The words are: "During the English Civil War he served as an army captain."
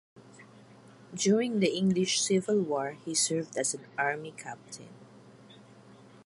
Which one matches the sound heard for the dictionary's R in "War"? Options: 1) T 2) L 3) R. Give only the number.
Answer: 3